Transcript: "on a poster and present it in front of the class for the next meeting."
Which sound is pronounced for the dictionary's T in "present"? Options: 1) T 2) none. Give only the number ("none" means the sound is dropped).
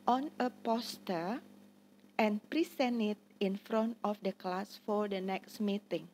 2